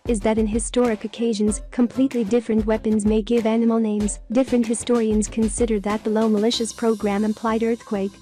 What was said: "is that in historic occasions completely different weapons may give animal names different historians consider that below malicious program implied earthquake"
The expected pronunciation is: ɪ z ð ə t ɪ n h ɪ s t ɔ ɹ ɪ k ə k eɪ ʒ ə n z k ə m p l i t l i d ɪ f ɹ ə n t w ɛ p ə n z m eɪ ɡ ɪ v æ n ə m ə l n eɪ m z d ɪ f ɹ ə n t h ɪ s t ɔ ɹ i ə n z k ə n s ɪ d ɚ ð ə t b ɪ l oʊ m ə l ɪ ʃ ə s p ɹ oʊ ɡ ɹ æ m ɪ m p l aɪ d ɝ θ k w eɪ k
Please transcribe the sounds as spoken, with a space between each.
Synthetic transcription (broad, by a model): ɪ z ð ə t ɪ n h ɪ s t ɔ ɹ ɪ k ə k eɪ ʒ ə n z k ə m p l i t l i d ɪ f ɹ ə n t w ɛ p ə n z m eɪ ɡ ɪ v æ n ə m l n eɪ m z d ɪ f ɹ ə n t h ɪ s t ɔ ɹ i ə n z k ə n s ɪ d ɚ ð ə t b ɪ l oʊ m ə l ɪ ʃ ə s p ɹ oʊ ɡ ɹ æ m ɪ m p l aɪ d ɝ θ k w eɪ k